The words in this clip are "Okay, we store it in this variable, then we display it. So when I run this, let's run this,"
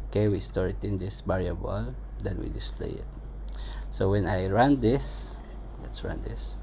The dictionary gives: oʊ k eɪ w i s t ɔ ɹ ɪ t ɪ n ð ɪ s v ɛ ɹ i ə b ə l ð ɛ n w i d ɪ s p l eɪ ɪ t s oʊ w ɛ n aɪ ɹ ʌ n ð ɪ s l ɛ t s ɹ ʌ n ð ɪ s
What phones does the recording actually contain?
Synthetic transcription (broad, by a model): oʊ k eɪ w i s t ɔ ɹ ɪ t ɪ n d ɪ s b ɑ ɹ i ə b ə l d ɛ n w i d ɪ s p l eɪ ɪ t s oʊ w ɛ n aɪ ɹ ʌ n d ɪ s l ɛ t s ɹ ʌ n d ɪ s